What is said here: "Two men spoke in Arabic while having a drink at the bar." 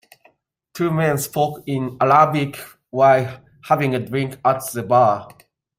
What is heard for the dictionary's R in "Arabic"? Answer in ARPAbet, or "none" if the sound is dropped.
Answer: L